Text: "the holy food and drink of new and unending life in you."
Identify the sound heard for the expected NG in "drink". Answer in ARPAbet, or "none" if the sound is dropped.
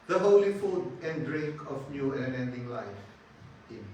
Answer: none